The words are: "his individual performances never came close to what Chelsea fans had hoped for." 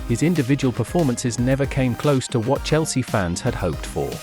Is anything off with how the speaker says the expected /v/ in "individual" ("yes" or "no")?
no